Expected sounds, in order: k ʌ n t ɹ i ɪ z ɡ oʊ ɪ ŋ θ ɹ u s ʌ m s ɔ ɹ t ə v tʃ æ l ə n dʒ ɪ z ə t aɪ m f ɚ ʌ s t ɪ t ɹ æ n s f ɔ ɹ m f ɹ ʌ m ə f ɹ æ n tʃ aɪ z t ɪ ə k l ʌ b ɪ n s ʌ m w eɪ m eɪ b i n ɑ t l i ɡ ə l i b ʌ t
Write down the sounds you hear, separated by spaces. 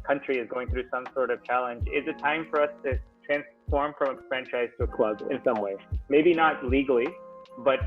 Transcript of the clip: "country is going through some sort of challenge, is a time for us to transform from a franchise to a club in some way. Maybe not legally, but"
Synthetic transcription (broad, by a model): k ʌ n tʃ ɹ i ɪ z ɡ oʊ ɪ ŋ θ ɹ u s ʌ m s ɔ ɹ t ə v tʃ æ l ə n dʒ ɪ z ə t aɪ m f ɚ ʌ s t ɪ t ɹ æ n s f ɔ ɹ m f ɹ ʌ m ə f ɹ æ n tʃ aɪ z t ɪ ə k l ʌ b ɪ n s ʌ m w eɪ m eɪ b i n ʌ t l i ɡ l i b ʌ t